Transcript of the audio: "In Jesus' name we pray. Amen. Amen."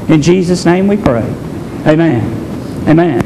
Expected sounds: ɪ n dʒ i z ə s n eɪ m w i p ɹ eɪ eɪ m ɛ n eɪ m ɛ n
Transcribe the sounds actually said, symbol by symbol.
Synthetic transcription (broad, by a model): ɪ n dʒ i z ə s n eɪ m w i p ɹ eɪ eɪ m ɛ n eɪ m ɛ n